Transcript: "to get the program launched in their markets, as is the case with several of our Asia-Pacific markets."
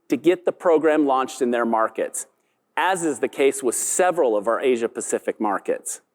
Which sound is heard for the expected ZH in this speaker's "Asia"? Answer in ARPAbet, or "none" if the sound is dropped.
ZH